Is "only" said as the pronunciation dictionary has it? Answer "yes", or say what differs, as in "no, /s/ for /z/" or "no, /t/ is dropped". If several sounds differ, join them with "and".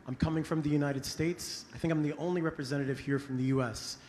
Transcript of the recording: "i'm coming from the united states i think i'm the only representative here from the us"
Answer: yes